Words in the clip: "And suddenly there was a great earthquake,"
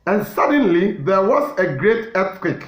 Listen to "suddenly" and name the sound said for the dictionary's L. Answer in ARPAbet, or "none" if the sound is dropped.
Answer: L